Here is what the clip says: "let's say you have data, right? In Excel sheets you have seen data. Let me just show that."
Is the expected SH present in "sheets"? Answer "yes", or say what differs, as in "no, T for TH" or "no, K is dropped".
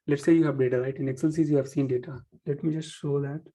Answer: no, S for SH